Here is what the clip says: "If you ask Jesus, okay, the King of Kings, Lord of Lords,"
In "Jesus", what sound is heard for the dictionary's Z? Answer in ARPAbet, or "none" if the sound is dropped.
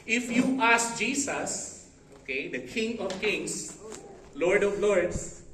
S